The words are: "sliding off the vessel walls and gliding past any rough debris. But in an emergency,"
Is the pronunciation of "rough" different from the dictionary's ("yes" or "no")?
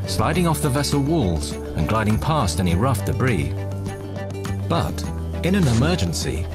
no